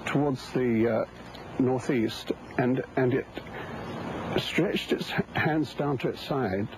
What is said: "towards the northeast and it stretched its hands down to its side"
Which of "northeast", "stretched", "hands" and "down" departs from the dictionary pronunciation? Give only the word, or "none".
none